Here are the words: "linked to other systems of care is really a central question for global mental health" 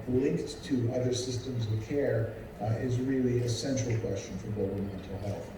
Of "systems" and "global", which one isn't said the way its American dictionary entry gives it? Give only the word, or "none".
global